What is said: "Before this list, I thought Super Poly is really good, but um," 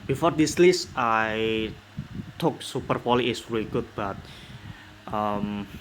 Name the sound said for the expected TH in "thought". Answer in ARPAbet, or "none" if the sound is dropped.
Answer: T